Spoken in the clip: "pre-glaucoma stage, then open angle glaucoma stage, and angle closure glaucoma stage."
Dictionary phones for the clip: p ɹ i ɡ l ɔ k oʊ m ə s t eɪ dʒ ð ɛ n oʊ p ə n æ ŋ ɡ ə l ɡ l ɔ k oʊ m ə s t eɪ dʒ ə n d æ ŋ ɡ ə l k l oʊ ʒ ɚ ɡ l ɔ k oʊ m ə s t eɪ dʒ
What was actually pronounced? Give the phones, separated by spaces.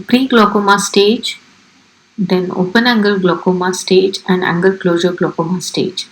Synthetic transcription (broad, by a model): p ɹ i ɡ l ɔ k oʊ m ə s t eɪ dʒ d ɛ n oʊ p ə n æ ŋ ɡ ə l ɡ l ɔ k oʊ m ə s t eɪ dʒ ə n d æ ŋ ɡ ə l k l oʊ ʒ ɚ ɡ l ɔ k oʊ m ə s t eɪ dʒ